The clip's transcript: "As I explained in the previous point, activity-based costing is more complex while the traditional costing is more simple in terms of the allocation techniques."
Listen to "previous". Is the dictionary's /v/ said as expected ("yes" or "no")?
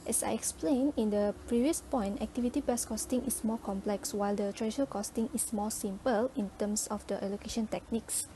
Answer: yes